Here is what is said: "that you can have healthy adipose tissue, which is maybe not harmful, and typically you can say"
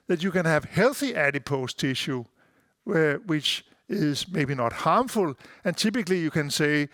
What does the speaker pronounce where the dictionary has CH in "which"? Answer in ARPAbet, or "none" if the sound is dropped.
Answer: CH